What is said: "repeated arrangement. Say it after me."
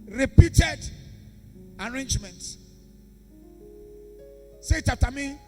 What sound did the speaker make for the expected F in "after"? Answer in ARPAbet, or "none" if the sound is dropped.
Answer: none